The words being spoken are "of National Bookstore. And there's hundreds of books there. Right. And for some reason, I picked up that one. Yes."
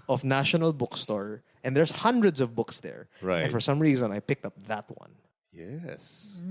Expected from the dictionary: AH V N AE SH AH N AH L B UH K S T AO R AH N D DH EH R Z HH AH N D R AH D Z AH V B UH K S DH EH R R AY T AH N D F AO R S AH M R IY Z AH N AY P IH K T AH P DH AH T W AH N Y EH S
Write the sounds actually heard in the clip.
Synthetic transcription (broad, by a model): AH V N AE SH AH N AH L B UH K S T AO R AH N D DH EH R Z HH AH N D R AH D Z AH V B UH K S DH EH R R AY AH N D F AO R S AH M R IY Z AH N AY P IH K T AH P DH AH T W AH N Y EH S